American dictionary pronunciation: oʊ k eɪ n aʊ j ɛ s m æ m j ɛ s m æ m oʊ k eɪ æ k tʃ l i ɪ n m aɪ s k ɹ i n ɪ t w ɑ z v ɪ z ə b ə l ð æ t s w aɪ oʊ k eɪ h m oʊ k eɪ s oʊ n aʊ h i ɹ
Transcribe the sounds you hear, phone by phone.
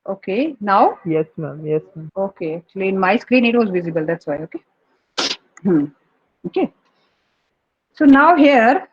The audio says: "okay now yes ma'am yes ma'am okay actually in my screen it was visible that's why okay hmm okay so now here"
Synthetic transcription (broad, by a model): oʊ k eɪ n aʊ j ɛ s m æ m j ɛ s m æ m oʊ k eɪ æ k tʃ l i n m aɪ s k ɹ i n ɪ t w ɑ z v ɪ z ə b ə l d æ t s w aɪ oʊ k eɪ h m oʊ k eɪ s oʊ n aʊ h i ɹ